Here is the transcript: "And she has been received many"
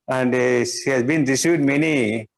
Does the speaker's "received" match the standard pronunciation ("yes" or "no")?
no